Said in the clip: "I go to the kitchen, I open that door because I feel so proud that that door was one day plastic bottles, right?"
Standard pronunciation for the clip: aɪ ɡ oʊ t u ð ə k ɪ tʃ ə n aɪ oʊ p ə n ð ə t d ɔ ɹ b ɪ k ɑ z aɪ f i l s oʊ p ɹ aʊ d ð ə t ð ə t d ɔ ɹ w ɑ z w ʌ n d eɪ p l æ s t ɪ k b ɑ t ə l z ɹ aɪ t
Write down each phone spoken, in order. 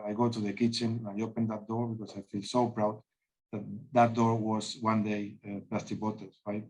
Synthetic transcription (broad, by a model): aɪ ɡ oʊ t u ð ə k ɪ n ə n aɪ oʊ p ə n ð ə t d ɔ ɹ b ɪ k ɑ s aɪ f i l s oʊ p ɹ aʊ d ð ə t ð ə t d ɔ ɹ w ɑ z w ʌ n d eɪ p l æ s t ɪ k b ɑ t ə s ɹ aɪ t